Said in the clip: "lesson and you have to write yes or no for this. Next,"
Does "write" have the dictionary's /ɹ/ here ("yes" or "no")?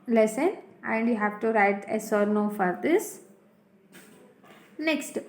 yes